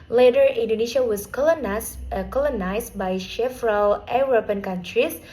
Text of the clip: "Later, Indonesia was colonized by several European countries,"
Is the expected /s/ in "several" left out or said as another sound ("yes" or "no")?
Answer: yes